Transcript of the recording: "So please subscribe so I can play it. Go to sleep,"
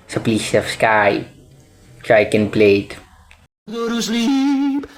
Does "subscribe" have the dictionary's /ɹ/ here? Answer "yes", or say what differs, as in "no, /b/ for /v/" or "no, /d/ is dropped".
no, /ɹ/ is dropped